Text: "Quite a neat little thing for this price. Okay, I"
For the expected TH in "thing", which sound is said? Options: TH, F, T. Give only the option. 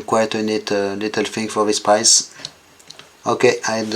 F